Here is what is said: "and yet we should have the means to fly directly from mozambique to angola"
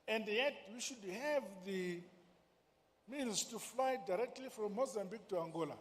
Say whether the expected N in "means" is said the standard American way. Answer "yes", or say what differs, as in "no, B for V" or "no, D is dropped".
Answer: no, L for N